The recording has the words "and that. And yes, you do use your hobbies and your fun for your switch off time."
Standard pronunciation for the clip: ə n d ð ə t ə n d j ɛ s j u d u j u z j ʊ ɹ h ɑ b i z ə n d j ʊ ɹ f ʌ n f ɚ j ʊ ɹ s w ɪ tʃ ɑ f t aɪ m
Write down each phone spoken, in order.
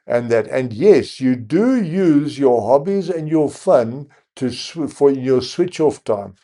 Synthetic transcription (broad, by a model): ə n ð ə t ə n j ɛ s j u d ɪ j u z j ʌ ɹ h ɑ b i z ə n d j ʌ ɹ f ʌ n f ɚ j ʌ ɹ s w ɪ tʃ ɑ f t aɪ m